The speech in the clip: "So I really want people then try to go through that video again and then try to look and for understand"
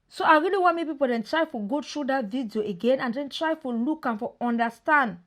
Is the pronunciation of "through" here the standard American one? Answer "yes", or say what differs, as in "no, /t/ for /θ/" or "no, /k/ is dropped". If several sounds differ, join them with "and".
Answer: no, /t/ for /θ/